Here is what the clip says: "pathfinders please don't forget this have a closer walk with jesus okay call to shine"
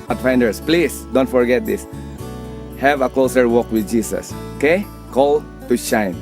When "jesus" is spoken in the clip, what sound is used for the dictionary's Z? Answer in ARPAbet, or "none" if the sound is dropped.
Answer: S